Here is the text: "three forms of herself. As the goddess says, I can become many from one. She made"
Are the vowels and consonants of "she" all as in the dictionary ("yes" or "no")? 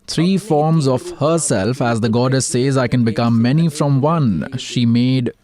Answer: yes